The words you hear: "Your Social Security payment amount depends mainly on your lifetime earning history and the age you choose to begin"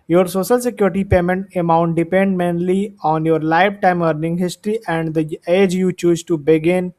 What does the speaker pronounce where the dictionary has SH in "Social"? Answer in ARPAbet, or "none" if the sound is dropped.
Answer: SH